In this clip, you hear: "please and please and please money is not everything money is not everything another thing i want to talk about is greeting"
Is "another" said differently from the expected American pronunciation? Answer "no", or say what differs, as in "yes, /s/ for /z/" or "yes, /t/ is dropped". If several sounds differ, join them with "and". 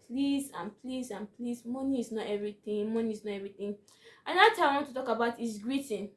yes, /n/ is dropped